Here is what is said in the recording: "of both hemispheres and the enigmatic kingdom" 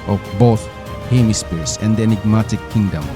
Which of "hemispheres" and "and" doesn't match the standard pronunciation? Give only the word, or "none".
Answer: hemispheres